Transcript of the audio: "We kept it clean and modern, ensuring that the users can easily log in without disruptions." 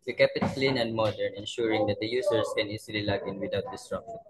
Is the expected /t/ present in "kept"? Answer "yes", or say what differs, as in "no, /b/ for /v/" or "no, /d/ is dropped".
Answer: no, /t/ is dropped